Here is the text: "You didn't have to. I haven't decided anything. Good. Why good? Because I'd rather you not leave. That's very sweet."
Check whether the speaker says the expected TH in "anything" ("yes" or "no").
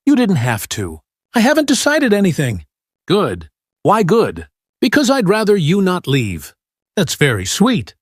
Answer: yes